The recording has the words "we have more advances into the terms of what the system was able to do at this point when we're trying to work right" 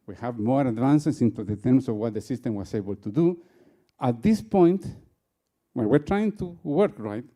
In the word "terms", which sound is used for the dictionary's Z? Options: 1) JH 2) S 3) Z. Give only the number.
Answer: 2